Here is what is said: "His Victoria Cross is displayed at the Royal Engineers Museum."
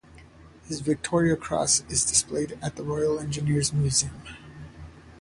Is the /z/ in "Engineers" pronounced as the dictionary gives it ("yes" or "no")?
yes